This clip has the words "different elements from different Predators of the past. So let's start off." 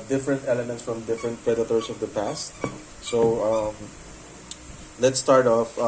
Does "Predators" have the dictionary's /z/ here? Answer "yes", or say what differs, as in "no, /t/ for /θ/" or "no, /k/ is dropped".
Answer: no, /s/ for /z/